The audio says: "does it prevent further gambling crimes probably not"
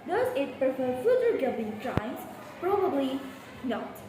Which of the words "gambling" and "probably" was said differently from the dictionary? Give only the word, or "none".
gambling